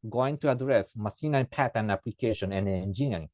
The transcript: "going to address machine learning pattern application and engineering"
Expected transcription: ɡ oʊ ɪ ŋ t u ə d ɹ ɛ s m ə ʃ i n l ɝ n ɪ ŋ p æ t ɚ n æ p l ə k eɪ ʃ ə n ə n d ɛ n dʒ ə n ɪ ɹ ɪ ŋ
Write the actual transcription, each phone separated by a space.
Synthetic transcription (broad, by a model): ɡ oʊ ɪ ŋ t u ə d ɹ ɛ s m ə s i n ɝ ɪ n p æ t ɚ n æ p l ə k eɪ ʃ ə n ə n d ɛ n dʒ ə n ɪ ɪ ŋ